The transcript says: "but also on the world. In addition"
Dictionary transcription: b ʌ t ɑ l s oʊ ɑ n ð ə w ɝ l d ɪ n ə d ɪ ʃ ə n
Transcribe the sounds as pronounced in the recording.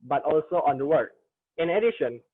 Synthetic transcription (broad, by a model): b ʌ t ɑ l s oʊ ɑ n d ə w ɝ d ɪ n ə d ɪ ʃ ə n